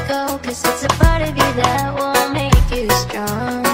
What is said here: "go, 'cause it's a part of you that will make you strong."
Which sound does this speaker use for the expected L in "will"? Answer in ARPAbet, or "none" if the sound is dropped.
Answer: N